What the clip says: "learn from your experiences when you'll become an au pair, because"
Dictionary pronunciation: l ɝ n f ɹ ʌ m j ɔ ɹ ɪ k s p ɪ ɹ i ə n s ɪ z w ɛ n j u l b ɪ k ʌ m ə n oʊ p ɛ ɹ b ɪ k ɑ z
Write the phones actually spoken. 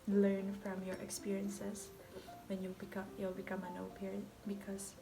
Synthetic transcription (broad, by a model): l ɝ n f ɹ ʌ m j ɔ ɹ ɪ k s p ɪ ɹ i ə n s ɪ s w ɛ n j u l b ɪ k ʌ m ə n oʊ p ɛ ɹ b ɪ k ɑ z